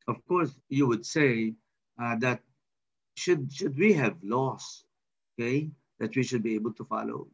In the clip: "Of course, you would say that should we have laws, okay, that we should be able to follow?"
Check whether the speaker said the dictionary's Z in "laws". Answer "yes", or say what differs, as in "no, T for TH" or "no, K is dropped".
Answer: no, S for Z